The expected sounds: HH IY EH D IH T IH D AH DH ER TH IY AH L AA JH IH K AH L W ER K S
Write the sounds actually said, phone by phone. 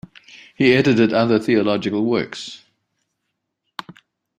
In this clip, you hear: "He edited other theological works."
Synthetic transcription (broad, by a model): HH IY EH D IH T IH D AH DH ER TH IY AH L AA JH IH K AH L W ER K S